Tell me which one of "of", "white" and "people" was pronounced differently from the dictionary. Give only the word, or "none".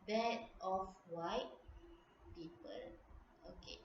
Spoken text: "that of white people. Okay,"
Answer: of